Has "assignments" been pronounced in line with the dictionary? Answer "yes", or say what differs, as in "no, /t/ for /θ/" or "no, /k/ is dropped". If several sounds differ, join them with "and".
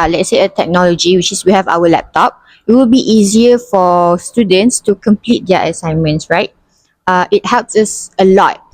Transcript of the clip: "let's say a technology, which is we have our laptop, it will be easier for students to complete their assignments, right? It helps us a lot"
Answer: yes